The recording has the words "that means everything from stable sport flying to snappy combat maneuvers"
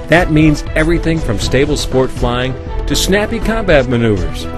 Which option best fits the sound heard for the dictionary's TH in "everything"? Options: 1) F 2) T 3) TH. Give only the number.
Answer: 3